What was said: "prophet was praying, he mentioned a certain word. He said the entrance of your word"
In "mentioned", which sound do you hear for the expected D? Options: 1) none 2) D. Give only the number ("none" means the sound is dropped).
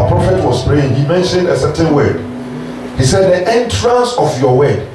2